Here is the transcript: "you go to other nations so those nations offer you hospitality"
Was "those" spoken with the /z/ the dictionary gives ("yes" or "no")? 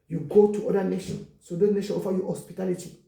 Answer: no